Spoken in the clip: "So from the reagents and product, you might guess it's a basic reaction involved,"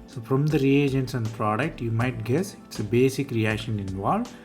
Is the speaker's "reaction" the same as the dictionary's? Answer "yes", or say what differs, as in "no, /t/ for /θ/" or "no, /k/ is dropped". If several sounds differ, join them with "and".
yes